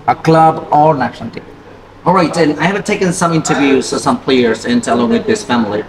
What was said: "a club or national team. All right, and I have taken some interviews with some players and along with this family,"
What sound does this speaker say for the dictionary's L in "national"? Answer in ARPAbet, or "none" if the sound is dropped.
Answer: N